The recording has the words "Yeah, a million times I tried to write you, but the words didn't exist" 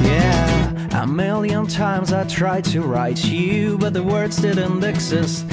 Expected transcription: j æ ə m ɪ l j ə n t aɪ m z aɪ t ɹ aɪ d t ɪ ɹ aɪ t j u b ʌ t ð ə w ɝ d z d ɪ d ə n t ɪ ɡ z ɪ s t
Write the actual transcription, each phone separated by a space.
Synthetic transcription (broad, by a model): j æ ə m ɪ l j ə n t aɪ m z aɪ t ɹ aɪ d t ɪ ɹ aɪ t j u b ʌ t ð ə w ɝ d z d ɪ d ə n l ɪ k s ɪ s